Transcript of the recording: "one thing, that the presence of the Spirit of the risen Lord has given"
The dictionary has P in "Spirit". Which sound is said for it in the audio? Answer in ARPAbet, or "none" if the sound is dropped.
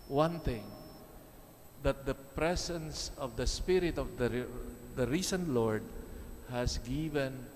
P